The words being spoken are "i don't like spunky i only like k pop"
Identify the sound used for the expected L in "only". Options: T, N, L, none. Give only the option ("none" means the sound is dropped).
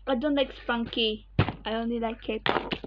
N